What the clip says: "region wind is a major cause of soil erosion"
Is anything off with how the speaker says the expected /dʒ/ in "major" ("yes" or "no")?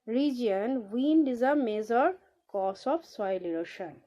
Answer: yes